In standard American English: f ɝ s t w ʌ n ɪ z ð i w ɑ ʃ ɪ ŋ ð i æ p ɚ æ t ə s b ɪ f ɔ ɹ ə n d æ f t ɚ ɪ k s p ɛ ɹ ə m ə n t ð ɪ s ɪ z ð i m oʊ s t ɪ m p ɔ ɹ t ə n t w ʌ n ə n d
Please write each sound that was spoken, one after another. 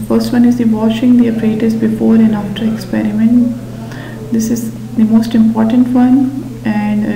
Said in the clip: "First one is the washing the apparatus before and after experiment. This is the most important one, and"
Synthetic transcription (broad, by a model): f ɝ s t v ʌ n ɪ z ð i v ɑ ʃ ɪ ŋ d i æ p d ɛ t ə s b ɪ f ɔ ɹ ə n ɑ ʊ t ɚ ɪ k s p ɛ ɹ ə m ə n t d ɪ s ɪ z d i m oʊ s t ɪ m p ɔ ɹ t ə n t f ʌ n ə n d